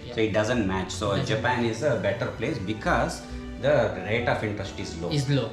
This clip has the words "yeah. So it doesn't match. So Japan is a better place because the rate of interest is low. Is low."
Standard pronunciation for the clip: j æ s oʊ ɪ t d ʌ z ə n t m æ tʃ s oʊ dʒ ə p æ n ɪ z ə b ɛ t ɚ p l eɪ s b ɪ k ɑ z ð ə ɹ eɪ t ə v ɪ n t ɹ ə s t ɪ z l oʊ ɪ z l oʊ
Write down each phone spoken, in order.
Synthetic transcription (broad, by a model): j s oʊ ɪ t d ʌ z ə n t m æ tʃ s oʊ dʒ ə p æ n ɪ z ə b ɛ t ɚ p l eɪ s b ɪ k ɑ z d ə ɹ eɪ t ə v ɪ n t ɹ ə s t ɪ z l oʊ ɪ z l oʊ